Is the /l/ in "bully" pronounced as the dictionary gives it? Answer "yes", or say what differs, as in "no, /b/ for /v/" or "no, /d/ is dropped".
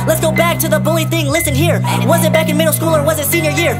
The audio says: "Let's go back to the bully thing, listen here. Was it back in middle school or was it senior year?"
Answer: yes